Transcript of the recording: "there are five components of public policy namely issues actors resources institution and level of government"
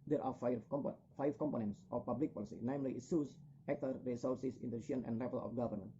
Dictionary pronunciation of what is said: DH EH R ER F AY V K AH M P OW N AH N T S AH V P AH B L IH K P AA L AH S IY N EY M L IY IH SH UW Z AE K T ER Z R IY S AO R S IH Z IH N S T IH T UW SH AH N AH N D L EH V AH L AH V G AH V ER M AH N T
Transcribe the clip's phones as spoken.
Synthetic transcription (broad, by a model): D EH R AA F AY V K AH M P OW N AH N T S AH F P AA B L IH K P AA L AH S IY N EY M L IY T S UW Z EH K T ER R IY S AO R S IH S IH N T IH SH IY AH N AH N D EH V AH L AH F G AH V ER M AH N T